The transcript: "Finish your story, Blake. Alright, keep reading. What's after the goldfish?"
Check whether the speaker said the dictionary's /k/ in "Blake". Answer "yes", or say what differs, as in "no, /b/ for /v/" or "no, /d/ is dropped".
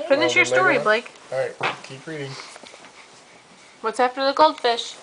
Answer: no, /k/ is dropped